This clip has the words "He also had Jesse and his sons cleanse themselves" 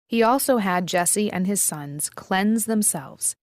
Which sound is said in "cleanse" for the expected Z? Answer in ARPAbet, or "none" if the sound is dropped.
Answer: Z